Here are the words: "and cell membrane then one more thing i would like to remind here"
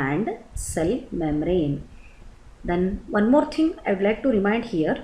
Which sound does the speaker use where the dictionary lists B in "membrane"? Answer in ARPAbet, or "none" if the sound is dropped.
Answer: none